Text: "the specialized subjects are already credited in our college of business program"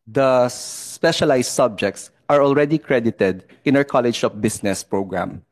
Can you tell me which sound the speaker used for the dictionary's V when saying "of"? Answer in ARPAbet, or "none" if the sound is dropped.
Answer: P